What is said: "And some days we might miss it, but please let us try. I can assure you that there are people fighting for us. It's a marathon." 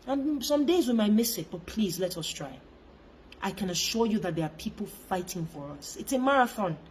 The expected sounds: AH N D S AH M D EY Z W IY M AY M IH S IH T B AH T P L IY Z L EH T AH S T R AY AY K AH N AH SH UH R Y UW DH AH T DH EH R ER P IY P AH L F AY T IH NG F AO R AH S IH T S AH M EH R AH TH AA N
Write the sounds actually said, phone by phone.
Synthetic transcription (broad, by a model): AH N S AH M D EY Z W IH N AY M IH S IH T B AH T P L IY Z L EH T AH S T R AY AY K AH N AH SH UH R Y UW DH AH T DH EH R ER P IY P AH L F AY T IH NG F AO R AH S IH T S AH M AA R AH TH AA N